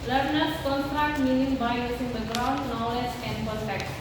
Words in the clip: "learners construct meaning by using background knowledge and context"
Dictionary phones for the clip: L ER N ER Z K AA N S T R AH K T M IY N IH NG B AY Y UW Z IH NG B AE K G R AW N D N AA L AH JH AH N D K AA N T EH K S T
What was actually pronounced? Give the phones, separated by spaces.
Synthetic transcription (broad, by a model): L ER N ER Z K AA N S T R AH K T M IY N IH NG B AY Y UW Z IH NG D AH G R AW N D N AA L AH JH AH N D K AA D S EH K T